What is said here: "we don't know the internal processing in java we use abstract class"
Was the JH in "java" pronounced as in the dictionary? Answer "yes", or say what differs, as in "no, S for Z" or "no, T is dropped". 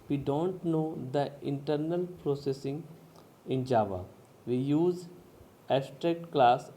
yes